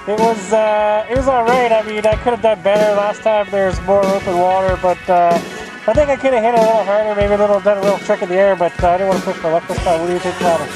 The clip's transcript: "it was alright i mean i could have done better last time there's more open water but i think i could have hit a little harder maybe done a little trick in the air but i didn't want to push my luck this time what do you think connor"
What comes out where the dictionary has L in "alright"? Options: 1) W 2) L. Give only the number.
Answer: 1